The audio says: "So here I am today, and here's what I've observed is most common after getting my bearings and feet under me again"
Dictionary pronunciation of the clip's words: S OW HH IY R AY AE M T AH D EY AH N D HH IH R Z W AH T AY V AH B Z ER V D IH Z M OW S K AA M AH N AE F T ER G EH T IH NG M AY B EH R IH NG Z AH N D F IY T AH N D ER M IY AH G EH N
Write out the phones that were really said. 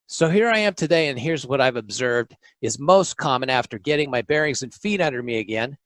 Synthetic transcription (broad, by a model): S OW HH IY R AY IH M T AH D EY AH N HH IH R Z W AH T AY V AH B Z ER V D IH Z M OW S K AA M AH N AE F T ER G EH T IH NG M AY B EH R IH NG Z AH N F IY T AH N D ER M IY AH G EH N